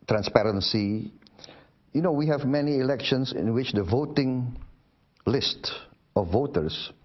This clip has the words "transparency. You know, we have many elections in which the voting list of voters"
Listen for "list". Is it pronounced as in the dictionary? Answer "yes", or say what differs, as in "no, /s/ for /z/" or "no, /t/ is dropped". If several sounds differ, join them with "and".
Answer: yes